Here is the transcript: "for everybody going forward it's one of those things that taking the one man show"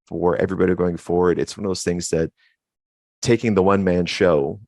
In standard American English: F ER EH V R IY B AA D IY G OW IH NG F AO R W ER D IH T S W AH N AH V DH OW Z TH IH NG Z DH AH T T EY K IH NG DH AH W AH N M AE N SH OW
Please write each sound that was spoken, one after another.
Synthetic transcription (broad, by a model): F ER EH V R IY B AA D IY G OW IH NG F AO R W ER D IH T S W AH N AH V DH OW Z TH IH NG Z DH AH T T EY K IH NG DH AH W AH N M AE N SH OW